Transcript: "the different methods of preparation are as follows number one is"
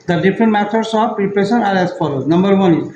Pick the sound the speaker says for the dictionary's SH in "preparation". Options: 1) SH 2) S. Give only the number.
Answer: 2